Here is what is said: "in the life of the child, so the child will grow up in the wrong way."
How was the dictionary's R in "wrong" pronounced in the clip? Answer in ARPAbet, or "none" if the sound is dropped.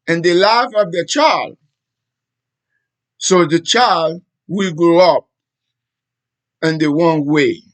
W